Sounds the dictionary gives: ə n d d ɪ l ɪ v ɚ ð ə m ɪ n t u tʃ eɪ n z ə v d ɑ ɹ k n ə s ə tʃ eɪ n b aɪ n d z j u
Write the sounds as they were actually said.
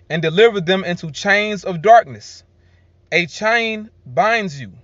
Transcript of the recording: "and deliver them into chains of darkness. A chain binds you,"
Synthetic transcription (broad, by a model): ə n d d ɪ l ɪ v ɚ ð ə m ɪ n t u tʃ eɪ n z ə v d ɑ ɹ k n ə s ə tʃ eɪ n b aɪ n d z j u